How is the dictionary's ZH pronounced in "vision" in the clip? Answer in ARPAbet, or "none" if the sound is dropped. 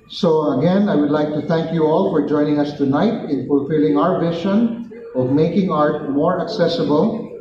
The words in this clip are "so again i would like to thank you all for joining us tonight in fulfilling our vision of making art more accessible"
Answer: SH